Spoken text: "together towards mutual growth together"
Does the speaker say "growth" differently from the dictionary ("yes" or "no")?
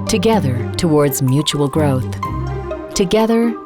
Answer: no